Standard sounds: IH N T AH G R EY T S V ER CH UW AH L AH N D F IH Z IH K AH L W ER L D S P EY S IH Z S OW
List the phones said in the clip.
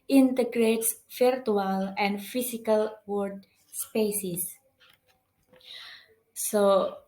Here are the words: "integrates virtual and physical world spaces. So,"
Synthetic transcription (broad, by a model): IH N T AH G R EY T S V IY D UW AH L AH N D F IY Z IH K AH L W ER D S P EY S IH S S OW